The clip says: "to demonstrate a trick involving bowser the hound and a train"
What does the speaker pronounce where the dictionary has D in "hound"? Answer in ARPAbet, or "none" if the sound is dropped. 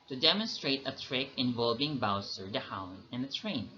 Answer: none